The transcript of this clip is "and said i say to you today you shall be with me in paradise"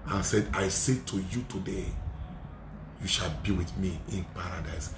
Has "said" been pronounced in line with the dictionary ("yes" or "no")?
yes